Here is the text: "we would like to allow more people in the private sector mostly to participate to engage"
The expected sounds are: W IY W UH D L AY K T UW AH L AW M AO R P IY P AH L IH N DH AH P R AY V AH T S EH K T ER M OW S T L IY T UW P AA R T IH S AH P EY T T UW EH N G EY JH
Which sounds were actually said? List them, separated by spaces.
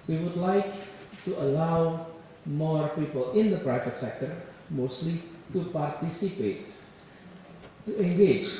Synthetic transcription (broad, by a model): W IY W UH D L AY K T UW AH L AW M AO R P IY P AH L IH N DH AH P R AY V AH T S EH K T ER M OW S T L IY T UW P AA R T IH S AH P EY T T UW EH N G EY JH